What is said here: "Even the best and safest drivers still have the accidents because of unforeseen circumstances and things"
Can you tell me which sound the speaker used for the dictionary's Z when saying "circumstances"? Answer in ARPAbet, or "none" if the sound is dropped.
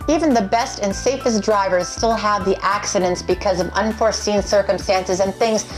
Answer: Z